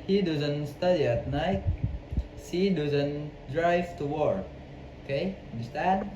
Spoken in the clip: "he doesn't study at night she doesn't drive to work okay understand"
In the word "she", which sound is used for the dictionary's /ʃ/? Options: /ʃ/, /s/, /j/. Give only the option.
/s/